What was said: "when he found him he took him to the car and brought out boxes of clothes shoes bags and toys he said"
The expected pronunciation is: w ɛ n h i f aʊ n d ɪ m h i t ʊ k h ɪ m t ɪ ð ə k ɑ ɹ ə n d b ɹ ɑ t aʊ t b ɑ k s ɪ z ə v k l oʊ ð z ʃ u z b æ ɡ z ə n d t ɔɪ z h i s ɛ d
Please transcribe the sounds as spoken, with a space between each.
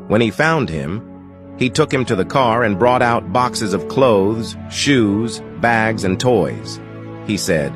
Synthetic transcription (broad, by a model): w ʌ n i f aʊ n d ɪ m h i t ʊ k h ɪ m t ɪ ð ə k ɑ ɹ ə n b ɹ ɑ t aʊ t b ɑ k s ɪ z ə v k l oʊ ð z ʃ u z b æ ɡ z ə n t ɔɪ z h i s ɛ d